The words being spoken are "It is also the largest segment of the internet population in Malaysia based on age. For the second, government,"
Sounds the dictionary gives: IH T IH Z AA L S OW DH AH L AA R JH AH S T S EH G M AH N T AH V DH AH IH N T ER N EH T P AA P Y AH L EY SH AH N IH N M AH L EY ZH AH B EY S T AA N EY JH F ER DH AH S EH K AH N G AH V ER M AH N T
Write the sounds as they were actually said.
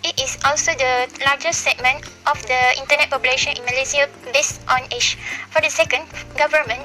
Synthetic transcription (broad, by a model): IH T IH S AA L S OW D AH L AA JH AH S S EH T M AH N T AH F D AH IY N T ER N EH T P AA P Y AH L EY SH AH N IH N M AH L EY S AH B EY S T AA N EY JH F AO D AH S EH K AH N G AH V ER M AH N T